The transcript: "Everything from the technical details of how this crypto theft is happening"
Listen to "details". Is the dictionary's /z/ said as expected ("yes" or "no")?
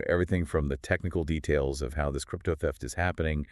yes